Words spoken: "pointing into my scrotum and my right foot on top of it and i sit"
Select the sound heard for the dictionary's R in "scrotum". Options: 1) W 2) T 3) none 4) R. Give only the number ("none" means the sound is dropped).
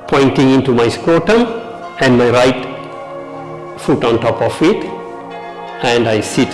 1